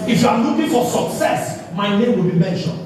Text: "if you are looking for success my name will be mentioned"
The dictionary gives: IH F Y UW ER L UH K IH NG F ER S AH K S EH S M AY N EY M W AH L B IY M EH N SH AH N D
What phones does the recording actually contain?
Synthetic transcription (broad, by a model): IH F Y UW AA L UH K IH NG F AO S AH K S EH S M AY N EY M W AH L B IY M EH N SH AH N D